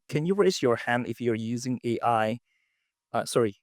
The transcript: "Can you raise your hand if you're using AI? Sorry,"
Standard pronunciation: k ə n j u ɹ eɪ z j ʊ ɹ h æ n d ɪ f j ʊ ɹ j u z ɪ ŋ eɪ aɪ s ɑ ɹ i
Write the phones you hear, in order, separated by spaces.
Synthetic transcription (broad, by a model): k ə n j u ɹ eɪ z j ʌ ɹ h æ n d ɪ f j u ɹ j u z ɪ ŋ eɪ aɪ s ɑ ɹ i